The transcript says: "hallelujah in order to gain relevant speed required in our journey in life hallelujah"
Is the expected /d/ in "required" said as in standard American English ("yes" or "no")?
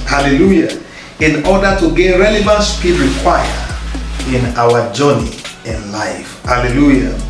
no